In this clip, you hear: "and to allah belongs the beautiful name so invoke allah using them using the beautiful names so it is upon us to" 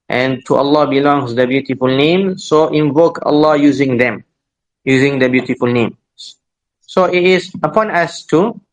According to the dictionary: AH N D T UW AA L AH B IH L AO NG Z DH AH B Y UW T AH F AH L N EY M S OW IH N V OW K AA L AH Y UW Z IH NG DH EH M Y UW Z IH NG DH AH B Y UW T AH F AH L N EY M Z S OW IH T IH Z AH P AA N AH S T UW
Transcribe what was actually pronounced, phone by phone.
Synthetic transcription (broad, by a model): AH N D T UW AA L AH B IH L AO NG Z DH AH B Y UW T AH F AH L N EY M S OW IH N V OW K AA L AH Y UW Z IH NG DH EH M Y UW Z IH NG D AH B Y UW T AH F AH L N EY M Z S OW IH T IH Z AH P AA N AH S T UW